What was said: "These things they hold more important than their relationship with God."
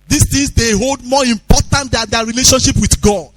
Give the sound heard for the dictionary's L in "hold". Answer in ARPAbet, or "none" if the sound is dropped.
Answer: L